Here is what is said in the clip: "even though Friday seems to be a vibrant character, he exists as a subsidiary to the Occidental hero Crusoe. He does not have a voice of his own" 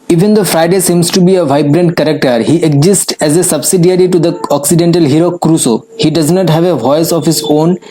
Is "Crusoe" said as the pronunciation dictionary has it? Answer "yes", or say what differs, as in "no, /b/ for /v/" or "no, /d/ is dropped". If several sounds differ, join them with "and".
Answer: yes